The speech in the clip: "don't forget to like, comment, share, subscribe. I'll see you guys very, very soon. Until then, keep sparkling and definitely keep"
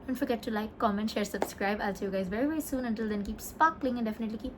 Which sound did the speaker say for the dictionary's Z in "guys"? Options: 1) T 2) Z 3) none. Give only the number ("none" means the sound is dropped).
2